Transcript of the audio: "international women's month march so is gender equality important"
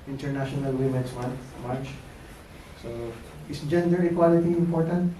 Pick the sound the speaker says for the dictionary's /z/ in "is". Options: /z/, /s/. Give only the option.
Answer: /s/